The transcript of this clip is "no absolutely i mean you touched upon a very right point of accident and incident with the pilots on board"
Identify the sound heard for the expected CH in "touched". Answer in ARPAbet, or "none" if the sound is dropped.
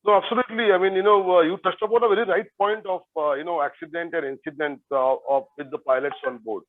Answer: S